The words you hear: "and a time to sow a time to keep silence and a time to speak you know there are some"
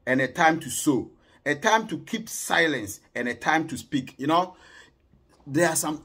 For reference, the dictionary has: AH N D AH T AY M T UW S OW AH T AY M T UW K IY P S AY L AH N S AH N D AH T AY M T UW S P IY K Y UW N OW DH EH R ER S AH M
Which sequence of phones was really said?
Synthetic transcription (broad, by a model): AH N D AH T AY M T UW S OW AH T AY M T UW K IY P S AY L AH N S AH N AH T AY M T UW S P IY K Y UW N OW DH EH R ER S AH M